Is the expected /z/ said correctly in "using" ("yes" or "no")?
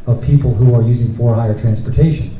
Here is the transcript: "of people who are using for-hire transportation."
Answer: yes